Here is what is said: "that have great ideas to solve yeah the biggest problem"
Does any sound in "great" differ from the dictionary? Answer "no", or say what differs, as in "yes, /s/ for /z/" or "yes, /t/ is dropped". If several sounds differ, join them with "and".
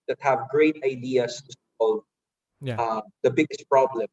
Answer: no